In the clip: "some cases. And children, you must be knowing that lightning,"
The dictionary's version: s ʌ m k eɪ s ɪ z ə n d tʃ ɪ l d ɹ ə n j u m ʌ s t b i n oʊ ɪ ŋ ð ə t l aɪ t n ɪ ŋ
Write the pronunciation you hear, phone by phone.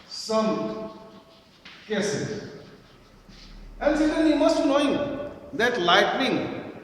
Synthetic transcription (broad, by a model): s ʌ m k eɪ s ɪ ə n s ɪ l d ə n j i m ʌ s t n oʊ ɪ ŋ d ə t l aɪ t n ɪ ŋ